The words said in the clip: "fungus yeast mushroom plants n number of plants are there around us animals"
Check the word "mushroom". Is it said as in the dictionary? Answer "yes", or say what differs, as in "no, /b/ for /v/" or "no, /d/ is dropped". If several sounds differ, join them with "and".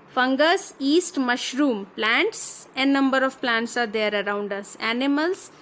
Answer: yes